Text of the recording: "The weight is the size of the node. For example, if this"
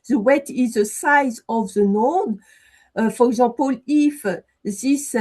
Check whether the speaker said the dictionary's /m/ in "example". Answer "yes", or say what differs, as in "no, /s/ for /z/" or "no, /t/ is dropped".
no, /m/ is dropped